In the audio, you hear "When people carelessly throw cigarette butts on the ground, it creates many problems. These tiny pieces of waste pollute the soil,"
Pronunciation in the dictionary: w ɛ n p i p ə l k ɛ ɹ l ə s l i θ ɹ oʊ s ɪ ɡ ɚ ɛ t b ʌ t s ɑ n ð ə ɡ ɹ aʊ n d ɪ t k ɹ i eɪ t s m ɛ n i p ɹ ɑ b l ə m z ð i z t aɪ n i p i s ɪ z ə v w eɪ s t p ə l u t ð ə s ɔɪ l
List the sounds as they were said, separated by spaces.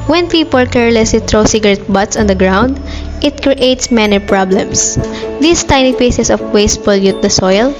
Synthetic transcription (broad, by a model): w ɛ n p i p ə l k ɛ ɹ l ə s l i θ ɹ oʊ s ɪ ɡ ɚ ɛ t b ʌ t s ɑ n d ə ɡ ɹ aʊ n d ɪ t k ɹ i eɪ t s m ɛ n i p ɹ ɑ b l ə m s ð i s t aɪ n i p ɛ s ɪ s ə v w eɪ s t f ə l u t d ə s ɔɪ l